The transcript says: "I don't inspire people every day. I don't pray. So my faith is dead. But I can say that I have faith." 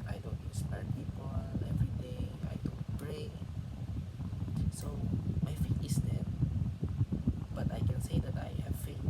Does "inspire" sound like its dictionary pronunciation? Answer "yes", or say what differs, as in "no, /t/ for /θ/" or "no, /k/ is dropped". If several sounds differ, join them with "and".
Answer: no, /n/ is dropped